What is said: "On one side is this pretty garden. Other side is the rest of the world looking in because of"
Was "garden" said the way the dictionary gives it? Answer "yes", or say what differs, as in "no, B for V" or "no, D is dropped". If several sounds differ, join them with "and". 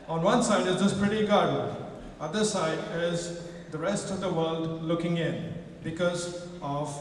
no, N is dropped